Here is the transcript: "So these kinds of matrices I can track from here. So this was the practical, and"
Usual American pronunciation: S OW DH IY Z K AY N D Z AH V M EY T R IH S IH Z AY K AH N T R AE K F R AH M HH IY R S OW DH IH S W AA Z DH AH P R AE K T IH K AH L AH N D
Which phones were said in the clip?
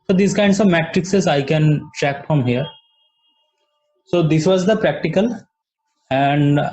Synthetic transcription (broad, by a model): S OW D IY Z K AY N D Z AH V M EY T R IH S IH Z AY K AH N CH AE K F R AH M HH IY R S OW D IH S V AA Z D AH P R AE K T IH K AH L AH N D